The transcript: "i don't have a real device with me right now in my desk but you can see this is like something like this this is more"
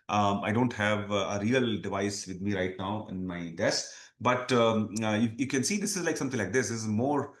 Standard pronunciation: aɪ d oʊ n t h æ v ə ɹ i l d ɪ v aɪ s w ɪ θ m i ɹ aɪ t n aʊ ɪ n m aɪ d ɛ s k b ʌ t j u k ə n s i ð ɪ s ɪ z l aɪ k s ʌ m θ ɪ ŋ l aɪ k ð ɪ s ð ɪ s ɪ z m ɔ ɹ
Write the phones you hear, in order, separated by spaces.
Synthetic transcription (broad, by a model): aɪ d oʊ n t h æ v ə ɹ i l d ɪ v aɪ s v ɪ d m i ɹ aɪ t n aʊ ɪ n m aɪ d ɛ s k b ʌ t j u k ə n s i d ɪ s ɪ z l aɪ k s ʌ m t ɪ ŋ l aɪ k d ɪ s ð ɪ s ɪ z m ɔ ɹ